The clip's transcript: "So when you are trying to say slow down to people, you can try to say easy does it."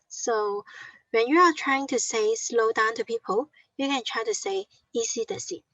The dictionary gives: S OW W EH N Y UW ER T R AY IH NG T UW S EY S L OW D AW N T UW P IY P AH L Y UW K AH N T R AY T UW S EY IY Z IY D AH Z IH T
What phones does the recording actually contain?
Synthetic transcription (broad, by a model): S OW W EH N Y UW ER T R AY IH NG T UW S EY S L OW D AW N T UW P IY P AH L Y UW K AH N T R AY T UW S EY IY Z IY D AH S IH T